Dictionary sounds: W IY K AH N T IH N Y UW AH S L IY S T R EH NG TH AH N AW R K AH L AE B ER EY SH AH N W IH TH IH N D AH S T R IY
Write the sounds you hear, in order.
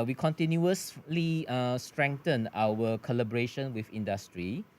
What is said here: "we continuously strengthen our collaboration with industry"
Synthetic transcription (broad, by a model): W IY K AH N T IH N Y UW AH S L IY S T R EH NG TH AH N AW W K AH L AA B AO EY SH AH N W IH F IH N D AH S T R IY